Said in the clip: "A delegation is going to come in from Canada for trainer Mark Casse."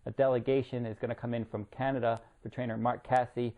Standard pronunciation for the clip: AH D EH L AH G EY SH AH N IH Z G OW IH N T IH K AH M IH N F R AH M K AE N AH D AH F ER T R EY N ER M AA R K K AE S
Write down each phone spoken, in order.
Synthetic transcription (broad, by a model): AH D EH L AH G EY SH AH N IH Z G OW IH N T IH K AH M IH N F R AH M K AE N AH D AH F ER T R EY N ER M AA R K K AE S